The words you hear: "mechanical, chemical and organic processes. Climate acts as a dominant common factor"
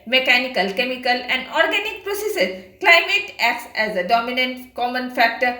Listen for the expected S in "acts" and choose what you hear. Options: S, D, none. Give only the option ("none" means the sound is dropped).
S